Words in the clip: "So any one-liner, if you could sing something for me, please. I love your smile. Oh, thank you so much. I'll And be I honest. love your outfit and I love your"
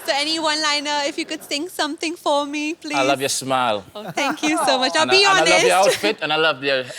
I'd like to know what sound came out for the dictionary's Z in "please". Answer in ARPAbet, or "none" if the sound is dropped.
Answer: none